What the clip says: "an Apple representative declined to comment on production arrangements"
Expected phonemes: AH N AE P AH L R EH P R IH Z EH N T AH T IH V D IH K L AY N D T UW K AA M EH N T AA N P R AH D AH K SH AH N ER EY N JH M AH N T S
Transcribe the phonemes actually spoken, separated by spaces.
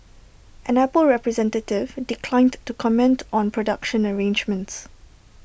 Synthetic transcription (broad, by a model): AH N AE P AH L R EH P R IH Z EH N T AH T IH V D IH K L AY N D T UW K AA M EH N T AA N P R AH D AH K SH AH N ER EY N JH M AH N T S